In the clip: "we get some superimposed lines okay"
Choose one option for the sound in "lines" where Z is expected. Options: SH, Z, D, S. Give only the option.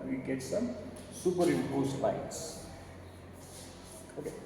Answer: S